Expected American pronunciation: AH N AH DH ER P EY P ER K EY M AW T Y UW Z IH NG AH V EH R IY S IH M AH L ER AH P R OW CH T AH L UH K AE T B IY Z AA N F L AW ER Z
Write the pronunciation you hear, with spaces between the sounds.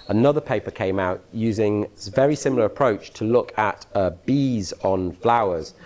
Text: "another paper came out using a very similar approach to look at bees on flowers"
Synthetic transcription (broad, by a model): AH N AH DH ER P EY P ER K EY M AW T Y UW Z IH NG V EH R IY S IH M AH L ER AH P R OW CH T AH L UH K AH T B IY Z N F L AW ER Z